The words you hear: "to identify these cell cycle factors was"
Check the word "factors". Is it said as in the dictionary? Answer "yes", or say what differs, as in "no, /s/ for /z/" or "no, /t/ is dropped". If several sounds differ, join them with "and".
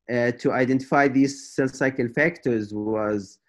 yes